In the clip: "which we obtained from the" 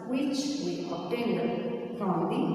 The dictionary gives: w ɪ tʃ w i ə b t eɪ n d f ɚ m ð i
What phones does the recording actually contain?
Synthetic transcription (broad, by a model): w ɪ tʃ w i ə t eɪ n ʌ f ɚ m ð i